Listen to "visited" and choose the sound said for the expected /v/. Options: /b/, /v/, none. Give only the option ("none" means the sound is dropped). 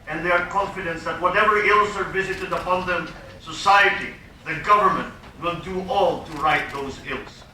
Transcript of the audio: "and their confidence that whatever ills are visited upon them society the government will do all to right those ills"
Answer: /v/